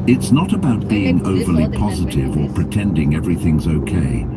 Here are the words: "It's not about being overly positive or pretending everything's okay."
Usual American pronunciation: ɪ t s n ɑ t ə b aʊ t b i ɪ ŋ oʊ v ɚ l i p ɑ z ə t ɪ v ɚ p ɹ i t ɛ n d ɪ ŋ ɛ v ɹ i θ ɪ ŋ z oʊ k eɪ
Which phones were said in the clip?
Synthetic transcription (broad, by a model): ɪ t s n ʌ t ə b aʊ t b i ɪ ŋ oʊ v ɚ l i p ɑ z ə t ɪ v ɚ p ɹ i t ɛ n d ɪ ŋ ɛ v ɹ i θ ɪ ŋ z oʊ k eɪ